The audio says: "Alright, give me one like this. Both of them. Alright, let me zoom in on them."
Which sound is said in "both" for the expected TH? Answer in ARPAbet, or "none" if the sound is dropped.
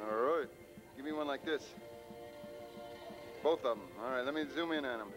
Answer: TH